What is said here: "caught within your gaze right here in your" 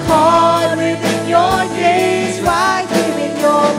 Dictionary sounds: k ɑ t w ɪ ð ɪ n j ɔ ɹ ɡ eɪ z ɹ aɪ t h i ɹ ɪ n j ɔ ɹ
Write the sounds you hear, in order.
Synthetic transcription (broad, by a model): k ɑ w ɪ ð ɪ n j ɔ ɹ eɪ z w aɪ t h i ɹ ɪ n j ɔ